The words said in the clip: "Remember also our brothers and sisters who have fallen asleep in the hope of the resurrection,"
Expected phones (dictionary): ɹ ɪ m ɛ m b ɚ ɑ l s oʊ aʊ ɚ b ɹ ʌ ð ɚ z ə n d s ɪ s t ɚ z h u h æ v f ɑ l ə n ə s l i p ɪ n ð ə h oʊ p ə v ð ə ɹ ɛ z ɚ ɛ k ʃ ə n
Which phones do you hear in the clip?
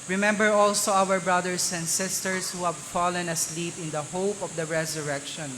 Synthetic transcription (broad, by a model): ɹ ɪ m ɛ m b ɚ ɑ l s oʊ aʊ ɚ b ɹ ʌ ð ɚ s ə n d s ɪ s t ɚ s h u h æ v f ɑ l ə n ə s l i p ɪ n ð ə h oʊ p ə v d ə ɹ ɛ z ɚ ɛ k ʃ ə n